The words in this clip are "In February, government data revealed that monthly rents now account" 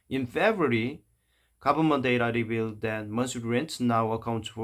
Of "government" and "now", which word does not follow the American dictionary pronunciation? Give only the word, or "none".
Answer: government